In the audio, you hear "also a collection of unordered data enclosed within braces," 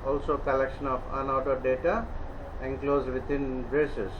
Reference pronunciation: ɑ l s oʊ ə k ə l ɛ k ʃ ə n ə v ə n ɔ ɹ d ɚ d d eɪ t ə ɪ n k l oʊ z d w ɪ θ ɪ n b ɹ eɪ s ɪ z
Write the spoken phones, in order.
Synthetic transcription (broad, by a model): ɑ l s oʊ k ə l ɛ k ʃ ə n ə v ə n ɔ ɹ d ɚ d d eɪ t ə ɪ n k l oʊ z d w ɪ t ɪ n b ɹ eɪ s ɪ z